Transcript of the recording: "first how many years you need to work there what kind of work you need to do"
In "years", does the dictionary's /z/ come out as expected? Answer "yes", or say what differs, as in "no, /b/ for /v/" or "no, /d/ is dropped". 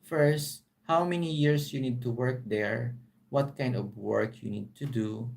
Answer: no, /s/ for /z/